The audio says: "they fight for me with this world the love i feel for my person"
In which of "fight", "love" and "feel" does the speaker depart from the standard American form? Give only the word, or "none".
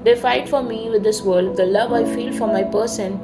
none